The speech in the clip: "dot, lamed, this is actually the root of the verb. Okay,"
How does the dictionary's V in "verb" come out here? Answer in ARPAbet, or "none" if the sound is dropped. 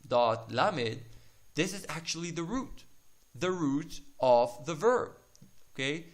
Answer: V